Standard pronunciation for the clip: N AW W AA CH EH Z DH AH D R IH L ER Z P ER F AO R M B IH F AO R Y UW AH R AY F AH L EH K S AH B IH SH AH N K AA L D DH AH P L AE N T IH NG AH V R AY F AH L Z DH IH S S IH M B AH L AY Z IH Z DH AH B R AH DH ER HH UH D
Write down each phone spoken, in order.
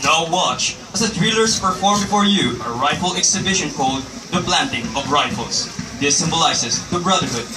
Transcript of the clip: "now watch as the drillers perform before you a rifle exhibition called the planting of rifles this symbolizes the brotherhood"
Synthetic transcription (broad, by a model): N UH W AA CH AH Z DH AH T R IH L ER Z P ER F AO R M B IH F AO R Y UW AH R AY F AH L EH K S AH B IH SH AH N K AA L D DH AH B L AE N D IH NG AH V R AY F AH L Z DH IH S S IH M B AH L AY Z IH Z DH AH B R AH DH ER HH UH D